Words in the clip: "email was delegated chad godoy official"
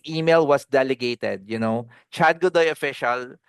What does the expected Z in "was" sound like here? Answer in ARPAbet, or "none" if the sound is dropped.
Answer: S